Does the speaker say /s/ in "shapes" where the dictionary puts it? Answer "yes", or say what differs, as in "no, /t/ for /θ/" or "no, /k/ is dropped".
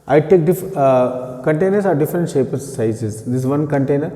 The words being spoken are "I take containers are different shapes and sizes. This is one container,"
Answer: no, /s/ is dropped